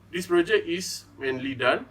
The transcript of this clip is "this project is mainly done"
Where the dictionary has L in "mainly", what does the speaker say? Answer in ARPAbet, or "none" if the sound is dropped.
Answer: L